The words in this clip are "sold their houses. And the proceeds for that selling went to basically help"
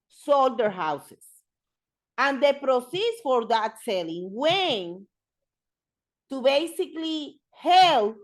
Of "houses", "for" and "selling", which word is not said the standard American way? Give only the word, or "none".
houses